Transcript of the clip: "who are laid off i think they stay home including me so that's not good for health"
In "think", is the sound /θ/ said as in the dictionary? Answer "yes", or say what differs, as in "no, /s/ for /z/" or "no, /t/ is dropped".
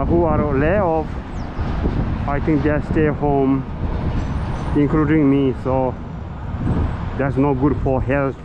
no, /t/ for /θ/